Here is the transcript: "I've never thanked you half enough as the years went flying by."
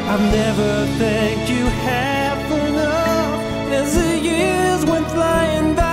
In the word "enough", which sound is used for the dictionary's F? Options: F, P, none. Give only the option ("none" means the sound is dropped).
none